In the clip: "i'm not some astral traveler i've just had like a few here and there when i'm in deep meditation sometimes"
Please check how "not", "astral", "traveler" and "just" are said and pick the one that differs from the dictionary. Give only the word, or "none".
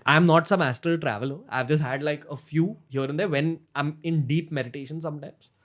astral